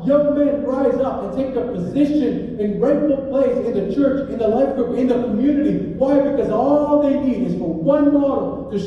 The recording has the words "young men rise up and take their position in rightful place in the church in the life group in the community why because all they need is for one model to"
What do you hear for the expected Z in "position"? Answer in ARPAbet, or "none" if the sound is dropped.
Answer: Z